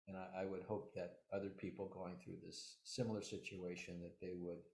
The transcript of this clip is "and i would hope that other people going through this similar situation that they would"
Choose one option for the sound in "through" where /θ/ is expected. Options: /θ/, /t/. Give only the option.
/θ/